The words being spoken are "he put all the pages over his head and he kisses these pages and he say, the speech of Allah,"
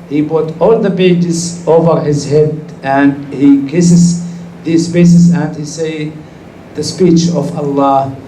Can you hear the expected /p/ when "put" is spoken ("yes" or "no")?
no